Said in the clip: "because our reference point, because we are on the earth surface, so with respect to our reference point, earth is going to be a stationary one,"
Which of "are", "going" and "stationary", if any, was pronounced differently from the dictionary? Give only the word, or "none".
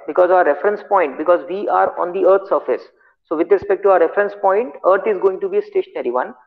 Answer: none